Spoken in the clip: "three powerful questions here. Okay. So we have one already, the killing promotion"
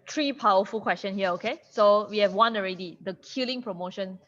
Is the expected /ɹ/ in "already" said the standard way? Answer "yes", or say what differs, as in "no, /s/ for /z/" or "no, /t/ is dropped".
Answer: yes